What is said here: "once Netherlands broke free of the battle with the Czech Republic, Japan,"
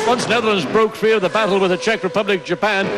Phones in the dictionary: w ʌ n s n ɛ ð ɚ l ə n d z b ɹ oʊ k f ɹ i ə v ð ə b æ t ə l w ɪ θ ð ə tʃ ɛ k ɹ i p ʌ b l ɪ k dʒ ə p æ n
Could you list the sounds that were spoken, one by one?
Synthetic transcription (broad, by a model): w ʌ n s n ɛ ð ɚ l ə n d z b ɹ oʊ k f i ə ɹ ð ə b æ t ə l w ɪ ð ə tʃ ɛ k ɹ i p ʌ b l ɪ k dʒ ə p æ n